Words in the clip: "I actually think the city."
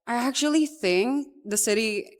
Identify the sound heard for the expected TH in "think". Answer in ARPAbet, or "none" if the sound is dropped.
TH